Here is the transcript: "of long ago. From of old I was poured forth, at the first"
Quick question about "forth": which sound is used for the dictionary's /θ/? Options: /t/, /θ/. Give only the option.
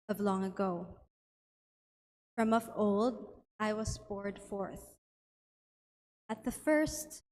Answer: /θ/